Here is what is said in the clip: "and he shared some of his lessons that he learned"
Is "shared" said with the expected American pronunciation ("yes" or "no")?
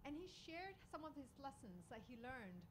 yes